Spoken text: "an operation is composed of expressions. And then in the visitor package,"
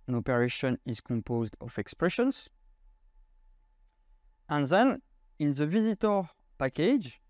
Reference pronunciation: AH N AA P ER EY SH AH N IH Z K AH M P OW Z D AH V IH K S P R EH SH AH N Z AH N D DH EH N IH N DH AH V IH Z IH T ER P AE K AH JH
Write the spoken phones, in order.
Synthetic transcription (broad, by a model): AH N AA P ER EY SH AH N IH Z K AH M P OW Z D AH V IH K S P R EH SH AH N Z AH N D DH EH N IH N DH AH V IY Z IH T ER P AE K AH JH